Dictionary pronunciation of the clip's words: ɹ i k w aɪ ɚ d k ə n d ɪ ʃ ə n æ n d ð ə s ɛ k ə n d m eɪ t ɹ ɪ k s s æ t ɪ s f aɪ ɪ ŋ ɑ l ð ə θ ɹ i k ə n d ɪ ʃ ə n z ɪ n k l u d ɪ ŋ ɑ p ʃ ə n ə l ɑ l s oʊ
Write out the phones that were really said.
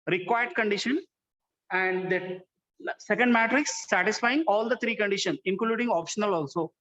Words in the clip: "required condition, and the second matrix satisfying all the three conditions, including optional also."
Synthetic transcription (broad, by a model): ɹ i k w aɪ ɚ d k ə n d ɪ ʃ ə n æ n d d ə s ɛ k ə n d m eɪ t ɹ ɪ k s s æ t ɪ s f aɪ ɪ ŋ ɑ l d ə t ɹ i k ə n d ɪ ʃ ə n s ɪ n k l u d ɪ ŋ ɑ p ʃ ə n ə l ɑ l s oʊ